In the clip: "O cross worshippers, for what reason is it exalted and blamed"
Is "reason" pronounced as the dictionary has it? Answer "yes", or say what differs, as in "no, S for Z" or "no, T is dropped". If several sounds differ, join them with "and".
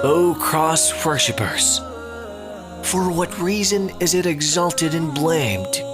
yes